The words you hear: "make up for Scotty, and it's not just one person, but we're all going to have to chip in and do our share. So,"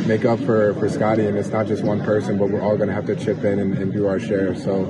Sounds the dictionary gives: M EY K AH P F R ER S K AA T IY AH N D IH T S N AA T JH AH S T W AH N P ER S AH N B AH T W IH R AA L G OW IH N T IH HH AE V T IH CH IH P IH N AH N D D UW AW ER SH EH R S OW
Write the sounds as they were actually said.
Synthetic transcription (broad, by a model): M EY K AH P F R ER S K AA T IY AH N IH T S N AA T JH AH S T W AH N P ER S AH N B AH T W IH R AA L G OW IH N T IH HH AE F T IH CH IH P IH N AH N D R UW AW ER SH EH R S OW